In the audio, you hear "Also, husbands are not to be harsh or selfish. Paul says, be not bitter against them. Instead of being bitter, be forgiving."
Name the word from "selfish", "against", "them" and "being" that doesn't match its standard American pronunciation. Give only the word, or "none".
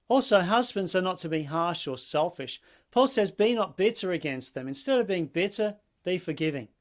none